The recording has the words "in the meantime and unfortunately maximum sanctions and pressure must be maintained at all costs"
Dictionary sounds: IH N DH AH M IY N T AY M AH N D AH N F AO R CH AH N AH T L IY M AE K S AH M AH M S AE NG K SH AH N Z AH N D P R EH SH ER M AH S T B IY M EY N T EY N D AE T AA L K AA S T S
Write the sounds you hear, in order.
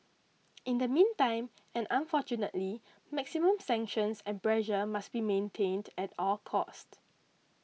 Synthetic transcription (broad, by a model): IH N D AH M IY N T AY M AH N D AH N F AO CH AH N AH T L IY M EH K S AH M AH M S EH NG K SH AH N S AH N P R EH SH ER M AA S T B IY M EY N T EY N D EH T AA L K AA S T